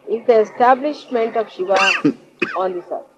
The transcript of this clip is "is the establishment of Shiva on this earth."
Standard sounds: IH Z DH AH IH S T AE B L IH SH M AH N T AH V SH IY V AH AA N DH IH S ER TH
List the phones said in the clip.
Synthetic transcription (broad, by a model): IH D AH IH S T AE B L IH SH M AH N T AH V SH IY V AH AA N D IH S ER